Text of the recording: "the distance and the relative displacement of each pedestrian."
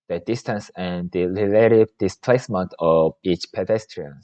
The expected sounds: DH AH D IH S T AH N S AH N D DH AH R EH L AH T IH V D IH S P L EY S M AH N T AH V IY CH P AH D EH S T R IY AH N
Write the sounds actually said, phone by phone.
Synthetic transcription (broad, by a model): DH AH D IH S T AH N S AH N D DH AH L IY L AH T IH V D IH S P L EY S M AH N T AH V IY CH P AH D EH S T R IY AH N